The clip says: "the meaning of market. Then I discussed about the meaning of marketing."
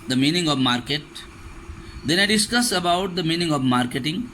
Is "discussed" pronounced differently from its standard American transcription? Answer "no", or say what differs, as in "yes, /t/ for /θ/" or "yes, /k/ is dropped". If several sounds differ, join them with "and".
yes, /t/ is dropped